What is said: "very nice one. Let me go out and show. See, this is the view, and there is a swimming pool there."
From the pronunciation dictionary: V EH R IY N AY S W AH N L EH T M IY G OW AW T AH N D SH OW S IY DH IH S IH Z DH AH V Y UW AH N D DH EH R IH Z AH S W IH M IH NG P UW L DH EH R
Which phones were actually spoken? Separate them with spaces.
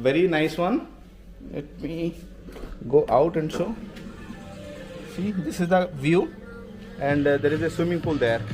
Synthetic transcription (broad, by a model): V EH R IY N AY S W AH N L EH T M IY G OW AW T AH N D S OW S IY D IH S IH Z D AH V Y UW AH N D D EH R IH Z AH S W IH M IH NG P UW L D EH R